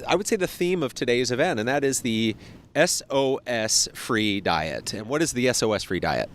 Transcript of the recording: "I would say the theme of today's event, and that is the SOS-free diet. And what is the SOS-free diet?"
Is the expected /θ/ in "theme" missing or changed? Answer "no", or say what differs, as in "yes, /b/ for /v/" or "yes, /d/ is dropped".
no